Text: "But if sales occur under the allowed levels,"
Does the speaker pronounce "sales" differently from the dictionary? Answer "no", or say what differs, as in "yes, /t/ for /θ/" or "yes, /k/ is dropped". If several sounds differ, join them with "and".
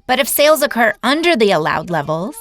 no